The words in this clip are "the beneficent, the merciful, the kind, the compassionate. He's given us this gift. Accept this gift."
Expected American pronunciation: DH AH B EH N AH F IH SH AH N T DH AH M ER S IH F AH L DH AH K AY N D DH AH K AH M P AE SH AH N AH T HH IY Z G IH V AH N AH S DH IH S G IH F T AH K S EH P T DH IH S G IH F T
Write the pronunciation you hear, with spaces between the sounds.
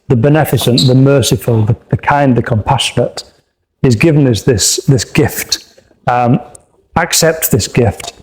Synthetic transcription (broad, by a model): DH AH B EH N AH F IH S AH N T DH AH M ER S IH F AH L DH AH K AY N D DH AH K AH M P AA SH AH N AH T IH Z G IH V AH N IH S DH IH S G IH F T AH K S EH P T DH IH S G IH F T